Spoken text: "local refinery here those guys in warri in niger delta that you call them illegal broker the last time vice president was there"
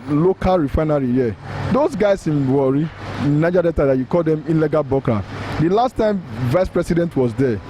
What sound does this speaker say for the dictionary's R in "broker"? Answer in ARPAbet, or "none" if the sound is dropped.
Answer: none